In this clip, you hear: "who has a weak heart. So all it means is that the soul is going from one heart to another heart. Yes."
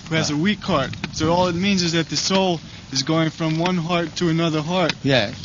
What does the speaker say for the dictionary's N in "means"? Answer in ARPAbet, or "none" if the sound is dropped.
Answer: N